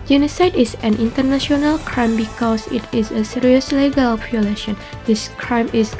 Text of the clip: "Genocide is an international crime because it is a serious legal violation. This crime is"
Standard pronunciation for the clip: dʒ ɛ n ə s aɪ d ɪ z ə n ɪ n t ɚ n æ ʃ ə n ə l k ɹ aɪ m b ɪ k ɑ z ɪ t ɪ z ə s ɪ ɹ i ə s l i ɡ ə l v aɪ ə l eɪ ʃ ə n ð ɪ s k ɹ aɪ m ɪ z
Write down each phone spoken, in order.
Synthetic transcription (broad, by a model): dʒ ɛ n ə s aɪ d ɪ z ə n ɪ n t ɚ n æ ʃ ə n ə l k ɹ aɪ m b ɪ k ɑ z ɪ t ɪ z ə s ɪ ɹ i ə s l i ɡ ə l p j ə l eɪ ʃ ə n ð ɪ s k ɹ aɪ m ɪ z